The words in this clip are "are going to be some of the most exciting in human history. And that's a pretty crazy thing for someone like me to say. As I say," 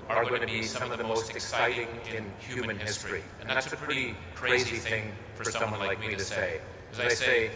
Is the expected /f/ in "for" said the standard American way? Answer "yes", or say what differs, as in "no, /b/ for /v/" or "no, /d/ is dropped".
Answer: yes